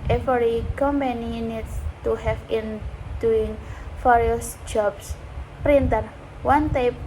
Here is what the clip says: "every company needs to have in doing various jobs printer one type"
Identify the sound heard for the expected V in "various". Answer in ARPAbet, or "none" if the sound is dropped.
F